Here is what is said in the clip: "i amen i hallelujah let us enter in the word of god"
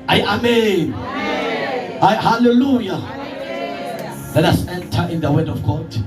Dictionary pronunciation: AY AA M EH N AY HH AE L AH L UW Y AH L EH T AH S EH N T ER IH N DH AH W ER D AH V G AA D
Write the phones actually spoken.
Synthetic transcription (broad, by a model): AY AA M EH N AY HH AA L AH L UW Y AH L EH T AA S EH N T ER IH N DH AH W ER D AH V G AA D